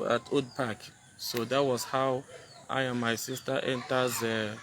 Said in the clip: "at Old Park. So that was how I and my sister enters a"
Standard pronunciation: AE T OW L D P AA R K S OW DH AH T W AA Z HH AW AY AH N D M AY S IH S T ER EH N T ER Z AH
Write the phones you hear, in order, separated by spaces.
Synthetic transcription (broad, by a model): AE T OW D P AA K S OW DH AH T W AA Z HH AW AY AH M AY S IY S T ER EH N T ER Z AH